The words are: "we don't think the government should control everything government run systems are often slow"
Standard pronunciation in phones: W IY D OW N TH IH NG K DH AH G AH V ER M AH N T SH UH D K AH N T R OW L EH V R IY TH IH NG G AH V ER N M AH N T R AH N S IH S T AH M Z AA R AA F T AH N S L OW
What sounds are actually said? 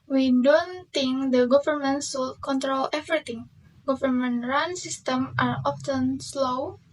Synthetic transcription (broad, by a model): W IY D OW N T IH NG K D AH G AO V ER M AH N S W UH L K AH N T R OW L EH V R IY T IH NG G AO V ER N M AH N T R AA N S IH S T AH M AA R AA F T AH N S L OW